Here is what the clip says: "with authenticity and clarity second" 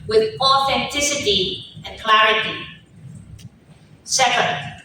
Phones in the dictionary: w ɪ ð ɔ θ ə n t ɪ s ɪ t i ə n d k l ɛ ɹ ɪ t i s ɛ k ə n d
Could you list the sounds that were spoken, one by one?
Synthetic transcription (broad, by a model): w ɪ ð ɔ θ ə n t ɪ s ɪ t i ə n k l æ ɹ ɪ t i s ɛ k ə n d